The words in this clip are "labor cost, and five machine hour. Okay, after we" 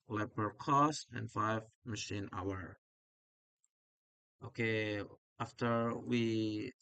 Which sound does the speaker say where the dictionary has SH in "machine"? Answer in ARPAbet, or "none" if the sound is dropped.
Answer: SH